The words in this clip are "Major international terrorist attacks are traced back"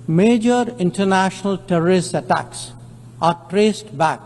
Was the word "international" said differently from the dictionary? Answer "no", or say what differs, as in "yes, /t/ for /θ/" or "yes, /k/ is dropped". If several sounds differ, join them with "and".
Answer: no